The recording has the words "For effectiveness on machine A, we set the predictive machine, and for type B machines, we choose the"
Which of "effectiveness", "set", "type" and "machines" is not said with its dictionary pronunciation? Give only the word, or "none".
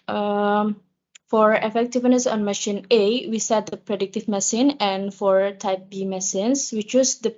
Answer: machines